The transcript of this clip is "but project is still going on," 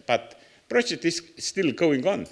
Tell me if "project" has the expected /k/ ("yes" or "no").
no